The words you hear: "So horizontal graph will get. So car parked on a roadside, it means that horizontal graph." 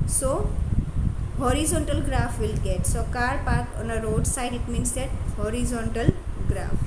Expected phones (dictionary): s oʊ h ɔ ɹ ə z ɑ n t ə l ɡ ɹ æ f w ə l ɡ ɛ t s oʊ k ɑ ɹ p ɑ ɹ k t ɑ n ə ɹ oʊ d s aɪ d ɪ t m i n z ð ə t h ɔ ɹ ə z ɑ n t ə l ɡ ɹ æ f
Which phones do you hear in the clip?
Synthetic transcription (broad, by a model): s oʊ h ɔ ɹ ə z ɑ n t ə l ɡ ɹ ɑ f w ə l ɡ ɛ t s oʊ k ɑ ɹ p ɑ ɹ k ɑ n ə ɹ oʊ d s aɪ d ɪ t m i n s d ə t h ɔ ɹ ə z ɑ n t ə l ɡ ɹ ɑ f